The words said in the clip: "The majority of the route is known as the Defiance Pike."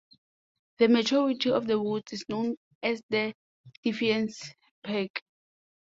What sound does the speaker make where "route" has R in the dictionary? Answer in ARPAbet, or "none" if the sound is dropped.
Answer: W